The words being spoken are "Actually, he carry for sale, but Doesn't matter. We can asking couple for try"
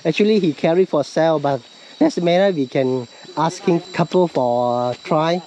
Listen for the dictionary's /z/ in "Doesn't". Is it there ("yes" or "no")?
no